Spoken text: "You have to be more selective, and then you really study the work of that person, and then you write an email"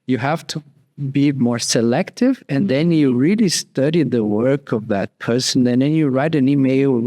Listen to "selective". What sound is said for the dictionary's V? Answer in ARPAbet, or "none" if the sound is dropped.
V